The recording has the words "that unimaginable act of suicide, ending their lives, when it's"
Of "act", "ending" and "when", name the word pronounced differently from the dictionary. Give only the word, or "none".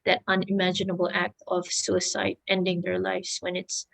none